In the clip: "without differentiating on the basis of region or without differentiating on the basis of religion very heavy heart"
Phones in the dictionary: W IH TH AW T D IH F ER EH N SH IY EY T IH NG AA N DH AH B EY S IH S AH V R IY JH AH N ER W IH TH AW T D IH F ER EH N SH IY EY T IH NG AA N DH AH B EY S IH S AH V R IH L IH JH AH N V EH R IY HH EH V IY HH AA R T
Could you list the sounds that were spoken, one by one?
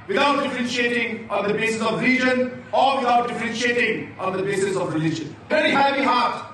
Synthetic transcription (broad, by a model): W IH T AW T D IH F ER EH N SH IY EY T IH NG AA N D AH B EY S IH S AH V R IY JH AH N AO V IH T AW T D IH F ER EH N SH IY EY T IH NG AA N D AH B EY S IH S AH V R IH L IH JH AH N V EH R IY HH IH B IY HH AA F